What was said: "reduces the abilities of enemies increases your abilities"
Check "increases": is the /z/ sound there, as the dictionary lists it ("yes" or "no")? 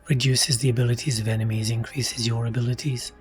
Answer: yes